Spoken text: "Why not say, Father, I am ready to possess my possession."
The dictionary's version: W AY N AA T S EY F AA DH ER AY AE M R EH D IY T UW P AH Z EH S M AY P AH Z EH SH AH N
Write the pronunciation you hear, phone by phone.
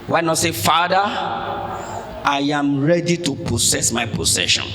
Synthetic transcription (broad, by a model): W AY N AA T S EY F AA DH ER AY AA M R EH D IY T UW P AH S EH S M AY P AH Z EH SH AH N